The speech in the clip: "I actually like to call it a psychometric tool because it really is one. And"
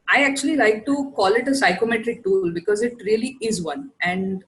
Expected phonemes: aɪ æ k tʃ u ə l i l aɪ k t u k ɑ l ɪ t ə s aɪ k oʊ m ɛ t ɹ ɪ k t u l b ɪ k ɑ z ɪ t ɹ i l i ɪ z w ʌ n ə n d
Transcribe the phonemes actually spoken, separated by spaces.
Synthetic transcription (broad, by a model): aɪ æ k tʃ u ə l i l aɪ k t u k ɑ l ɪ t ə s aɪ k oʊ m ɛ t ɹ ɪ k t u l b ɪ k ɑ z ɪ t ɹ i l i ɪ z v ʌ n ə n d